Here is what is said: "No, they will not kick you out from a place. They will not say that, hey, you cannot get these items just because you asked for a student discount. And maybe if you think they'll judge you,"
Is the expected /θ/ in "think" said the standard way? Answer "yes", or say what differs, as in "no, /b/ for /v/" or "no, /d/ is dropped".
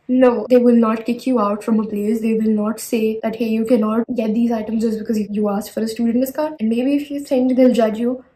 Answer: no, /s/ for /θ/